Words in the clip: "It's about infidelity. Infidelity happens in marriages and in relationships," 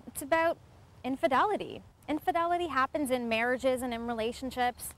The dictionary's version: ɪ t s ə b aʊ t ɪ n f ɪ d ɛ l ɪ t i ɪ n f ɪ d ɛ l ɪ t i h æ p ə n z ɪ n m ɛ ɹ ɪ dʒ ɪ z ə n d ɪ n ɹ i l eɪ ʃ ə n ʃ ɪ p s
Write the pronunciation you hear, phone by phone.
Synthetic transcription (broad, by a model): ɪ t s ə b aʊ t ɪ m f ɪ d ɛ l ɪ t i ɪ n f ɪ d ɛ l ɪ t i h æ p ə n z ɪ n m ɛ ɹ ɪ dʒ ɪ z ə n ɪ n ɹ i l eɪ ʃ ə n ʃ ɪ p s